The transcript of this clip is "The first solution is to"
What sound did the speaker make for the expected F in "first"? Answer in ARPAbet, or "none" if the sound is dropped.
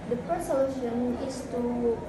P